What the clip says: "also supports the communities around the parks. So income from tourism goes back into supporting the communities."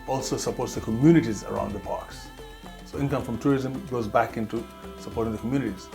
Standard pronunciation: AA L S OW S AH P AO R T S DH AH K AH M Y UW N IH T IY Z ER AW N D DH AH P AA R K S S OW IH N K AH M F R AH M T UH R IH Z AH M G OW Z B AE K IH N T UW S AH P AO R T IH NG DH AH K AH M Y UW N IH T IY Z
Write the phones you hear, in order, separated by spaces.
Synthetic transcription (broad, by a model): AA L S OW S AH P AO R T S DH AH K AH M Y UW N IH T IY Z ER AW N D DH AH P AA R K S S OW IH N K AH M F R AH M T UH R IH Z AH M G OW Z B AE K IH N T UW S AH P AO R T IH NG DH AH K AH M Y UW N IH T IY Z